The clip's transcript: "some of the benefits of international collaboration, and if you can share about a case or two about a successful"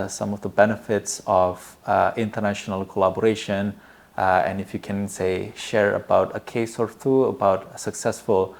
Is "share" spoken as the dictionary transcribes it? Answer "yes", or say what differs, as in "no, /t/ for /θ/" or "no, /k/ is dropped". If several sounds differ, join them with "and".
yes